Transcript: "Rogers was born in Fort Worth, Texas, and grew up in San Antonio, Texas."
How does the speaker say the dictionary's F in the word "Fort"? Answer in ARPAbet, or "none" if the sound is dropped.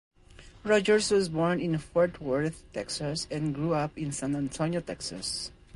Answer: F